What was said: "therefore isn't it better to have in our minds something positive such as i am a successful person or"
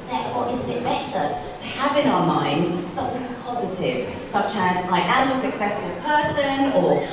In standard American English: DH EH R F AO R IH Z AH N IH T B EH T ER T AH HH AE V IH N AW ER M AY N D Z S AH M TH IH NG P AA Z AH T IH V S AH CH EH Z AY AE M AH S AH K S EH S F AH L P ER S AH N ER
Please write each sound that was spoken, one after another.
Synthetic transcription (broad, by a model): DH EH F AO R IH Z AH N IH T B EH T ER T AH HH V IH N AW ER M AY N D Z S AH M TH IH NG P AA Z AH T IH V S AH CH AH Z AY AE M AH S AH K S EH S F AH L P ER S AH N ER